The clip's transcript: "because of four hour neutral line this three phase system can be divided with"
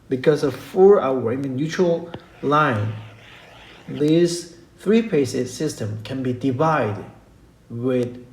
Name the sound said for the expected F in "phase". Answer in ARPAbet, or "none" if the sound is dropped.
P